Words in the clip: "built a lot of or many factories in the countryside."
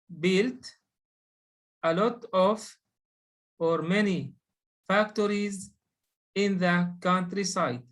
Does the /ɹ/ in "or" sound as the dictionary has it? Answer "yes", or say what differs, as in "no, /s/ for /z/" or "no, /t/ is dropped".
yes